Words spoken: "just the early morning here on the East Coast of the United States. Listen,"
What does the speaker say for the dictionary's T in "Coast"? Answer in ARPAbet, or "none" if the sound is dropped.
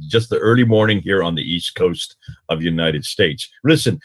T